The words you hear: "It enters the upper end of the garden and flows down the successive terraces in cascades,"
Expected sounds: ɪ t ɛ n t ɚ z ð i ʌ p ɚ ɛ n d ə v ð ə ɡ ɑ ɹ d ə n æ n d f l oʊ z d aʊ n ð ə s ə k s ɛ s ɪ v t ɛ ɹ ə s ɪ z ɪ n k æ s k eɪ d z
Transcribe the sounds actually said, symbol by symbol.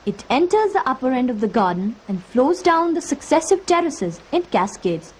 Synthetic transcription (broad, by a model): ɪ t ɛ n t ɚ z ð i ʌ p ɚ ɛ n d ə v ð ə ɡ ɑ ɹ d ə n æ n d f l oʊ z d aʊ n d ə s ə k s ɛ s ɪ v t ɛ ɹ ə s ɪ z ɪ n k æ s k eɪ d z